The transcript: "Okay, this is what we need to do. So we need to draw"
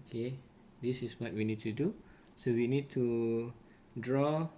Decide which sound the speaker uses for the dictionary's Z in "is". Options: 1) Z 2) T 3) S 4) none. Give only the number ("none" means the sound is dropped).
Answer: 3